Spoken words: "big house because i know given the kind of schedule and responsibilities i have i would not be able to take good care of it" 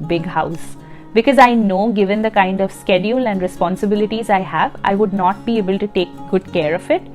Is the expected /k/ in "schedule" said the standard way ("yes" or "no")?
yes